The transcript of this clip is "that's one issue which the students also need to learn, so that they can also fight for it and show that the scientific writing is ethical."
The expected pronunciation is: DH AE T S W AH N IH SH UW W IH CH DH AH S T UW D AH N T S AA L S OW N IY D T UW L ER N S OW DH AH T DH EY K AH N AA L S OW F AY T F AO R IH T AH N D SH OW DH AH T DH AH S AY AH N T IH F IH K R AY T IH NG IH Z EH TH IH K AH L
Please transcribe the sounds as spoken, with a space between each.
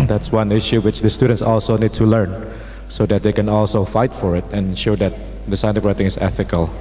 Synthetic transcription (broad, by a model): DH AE T S W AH N IH SH UW W IH CH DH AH S T UW D AH N T S AA L S OW N IY D T UW L ER N S OW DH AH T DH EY K AH N AA L S OW F AY T F AO R IH T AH N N SH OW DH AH T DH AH S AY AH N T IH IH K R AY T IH NG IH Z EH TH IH K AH L